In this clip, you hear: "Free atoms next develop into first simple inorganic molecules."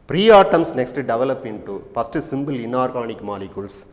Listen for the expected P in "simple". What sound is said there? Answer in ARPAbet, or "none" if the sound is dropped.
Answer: B